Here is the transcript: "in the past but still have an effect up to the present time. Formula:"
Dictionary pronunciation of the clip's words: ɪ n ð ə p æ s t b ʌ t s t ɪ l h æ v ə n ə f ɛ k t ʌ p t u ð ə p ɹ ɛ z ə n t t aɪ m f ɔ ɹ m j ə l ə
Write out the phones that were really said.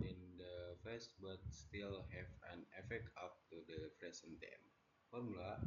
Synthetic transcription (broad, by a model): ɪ n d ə f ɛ s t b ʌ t s t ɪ l h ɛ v ə n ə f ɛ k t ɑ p t u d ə f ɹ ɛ s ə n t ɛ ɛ m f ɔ ɹ m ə l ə